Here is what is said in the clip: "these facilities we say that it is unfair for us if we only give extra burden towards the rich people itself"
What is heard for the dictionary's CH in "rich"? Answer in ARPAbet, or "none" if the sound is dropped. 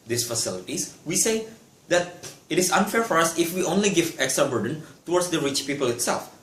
CH